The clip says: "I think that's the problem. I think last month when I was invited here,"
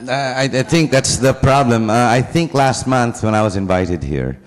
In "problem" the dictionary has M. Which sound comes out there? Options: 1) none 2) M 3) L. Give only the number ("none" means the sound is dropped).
2